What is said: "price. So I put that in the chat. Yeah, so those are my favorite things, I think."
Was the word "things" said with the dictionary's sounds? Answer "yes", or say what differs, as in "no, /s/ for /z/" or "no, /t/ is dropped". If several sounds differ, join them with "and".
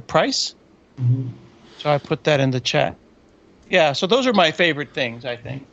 yes